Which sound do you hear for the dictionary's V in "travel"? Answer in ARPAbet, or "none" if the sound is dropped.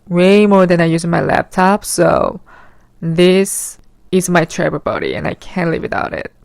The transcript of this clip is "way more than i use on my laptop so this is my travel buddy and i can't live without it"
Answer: B